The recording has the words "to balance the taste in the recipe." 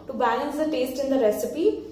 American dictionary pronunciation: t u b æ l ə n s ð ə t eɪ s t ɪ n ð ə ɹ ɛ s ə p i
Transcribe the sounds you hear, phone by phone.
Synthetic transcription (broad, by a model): t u b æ n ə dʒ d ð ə t eɪ s t ɪ n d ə ɹ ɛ s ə p i